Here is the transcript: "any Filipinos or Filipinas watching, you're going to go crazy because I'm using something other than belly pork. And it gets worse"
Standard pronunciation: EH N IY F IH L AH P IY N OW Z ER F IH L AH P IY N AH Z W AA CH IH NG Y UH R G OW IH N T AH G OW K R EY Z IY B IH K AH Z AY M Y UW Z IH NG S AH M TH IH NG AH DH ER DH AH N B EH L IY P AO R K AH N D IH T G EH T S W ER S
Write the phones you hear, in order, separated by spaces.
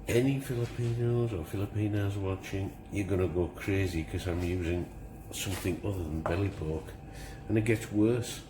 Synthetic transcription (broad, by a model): EH N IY F IH L AH P IY N OW Z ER F IH L AH P IY N AH Z W AA CH IH NG Y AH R G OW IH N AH G OW K R EY Z IY K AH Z AY M Y UW Z IH NG S AH M TH IH NG AH DH ER DH AH N B EH L IY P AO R K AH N IH T G EH T S W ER S